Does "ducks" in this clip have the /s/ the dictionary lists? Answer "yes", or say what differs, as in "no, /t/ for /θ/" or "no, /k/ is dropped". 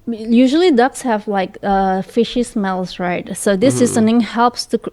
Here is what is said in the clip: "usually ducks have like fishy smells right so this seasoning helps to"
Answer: yes